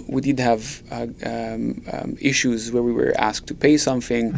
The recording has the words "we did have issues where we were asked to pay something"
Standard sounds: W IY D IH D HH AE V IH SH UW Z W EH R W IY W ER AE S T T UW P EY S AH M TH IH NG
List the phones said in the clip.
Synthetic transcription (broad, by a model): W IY D IH D HH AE V IH SH UW Z W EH R W IY W ER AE S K T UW P EY S AH M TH IH NG